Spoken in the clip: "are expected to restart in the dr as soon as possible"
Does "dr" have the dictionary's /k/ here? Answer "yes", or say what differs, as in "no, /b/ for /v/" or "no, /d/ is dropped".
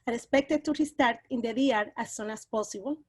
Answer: no, /k/ is dropped